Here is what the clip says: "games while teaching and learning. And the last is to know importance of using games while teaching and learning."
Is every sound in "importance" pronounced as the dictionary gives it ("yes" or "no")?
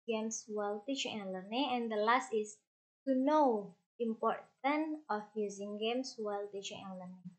no